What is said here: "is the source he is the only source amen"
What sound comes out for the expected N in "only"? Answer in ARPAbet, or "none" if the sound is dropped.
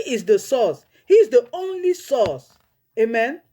N